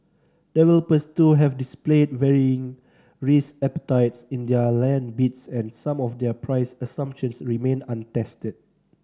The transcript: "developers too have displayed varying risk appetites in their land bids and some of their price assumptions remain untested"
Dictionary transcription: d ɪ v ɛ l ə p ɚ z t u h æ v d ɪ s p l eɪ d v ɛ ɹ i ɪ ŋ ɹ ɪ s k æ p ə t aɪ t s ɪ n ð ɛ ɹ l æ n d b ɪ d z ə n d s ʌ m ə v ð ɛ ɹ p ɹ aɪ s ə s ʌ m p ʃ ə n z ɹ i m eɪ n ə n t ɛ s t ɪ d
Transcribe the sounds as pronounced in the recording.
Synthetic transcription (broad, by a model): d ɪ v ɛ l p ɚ s t u h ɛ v d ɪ s p l eɪ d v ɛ ɹ i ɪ ŋ ɹ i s ɛ p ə t aɪ t s ɪ n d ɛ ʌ l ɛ n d b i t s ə n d s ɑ m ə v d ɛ p ɹ aɪ s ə s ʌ m p ʃ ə n s ɹ i m eɪ n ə n t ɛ s t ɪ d